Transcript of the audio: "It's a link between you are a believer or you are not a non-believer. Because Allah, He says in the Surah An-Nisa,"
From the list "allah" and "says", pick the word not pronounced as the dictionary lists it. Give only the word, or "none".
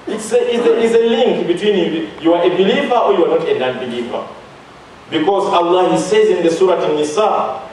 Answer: none